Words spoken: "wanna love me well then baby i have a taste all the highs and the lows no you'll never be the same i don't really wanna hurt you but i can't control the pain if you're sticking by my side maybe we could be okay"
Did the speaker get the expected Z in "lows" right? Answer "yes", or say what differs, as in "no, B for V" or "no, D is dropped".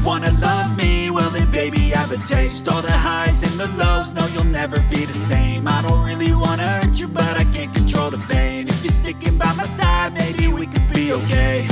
yes